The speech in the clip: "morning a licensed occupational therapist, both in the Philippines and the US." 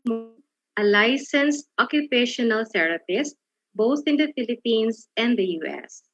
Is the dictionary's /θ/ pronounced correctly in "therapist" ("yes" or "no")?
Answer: no